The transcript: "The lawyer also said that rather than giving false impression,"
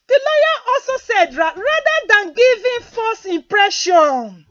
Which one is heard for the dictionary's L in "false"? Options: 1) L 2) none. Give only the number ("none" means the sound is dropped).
2